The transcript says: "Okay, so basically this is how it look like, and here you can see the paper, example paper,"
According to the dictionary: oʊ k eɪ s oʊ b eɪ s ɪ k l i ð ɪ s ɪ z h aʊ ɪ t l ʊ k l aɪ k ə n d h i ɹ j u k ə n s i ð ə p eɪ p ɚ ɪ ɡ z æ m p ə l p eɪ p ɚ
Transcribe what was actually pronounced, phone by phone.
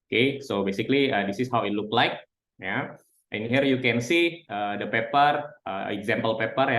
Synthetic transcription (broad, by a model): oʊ k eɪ s oʊ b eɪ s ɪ k l i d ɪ s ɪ s h aʊ ɪ t l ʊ k l aɪ k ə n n h i ɹ j u k ə n s i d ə p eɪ p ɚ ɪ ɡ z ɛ m p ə l p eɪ p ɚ